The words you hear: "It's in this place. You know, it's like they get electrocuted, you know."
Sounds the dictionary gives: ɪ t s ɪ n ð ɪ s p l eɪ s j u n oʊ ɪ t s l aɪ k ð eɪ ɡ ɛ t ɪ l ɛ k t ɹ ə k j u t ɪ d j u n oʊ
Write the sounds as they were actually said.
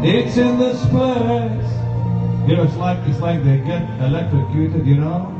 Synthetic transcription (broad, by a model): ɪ t s ɪ n ð ɪ s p eɪ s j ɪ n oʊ ɪ t s l aɪ k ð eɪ ɡ ɛ t ɪ l ɛ k t ɹ ə k j u t ɪ d j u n oʊ